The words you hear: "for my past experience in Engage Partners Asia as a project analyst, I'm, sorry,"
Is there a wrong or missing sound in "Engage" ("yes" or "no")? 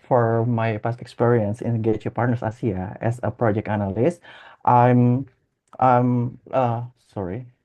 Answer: yes